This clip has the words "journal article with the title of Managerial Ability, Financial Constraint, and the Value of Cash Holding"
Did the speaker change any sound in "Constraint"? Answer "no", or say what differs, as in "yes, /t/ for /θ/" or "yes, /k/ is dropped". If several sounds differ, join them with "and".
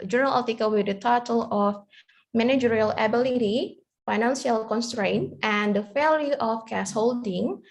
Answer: no